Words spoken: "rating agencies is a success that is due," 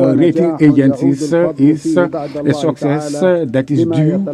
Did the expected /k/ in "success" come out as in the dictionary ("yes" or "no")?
yes